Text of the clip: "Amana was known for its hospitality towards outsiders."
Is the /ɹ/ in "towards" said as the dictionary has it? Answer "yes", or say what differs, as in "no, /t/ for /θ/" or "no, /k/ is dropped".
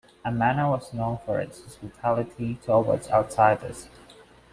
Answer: no, /w/ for /ɹ/